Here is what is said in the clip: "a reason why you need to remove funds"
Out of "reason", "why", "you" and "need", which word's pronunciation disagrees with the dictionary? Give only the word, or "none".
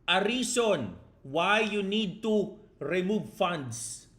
reason